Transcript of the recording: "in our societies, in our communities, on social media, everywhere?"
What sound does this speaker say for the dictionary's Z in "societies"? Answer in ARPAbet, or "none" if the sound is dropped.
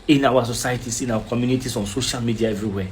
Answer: S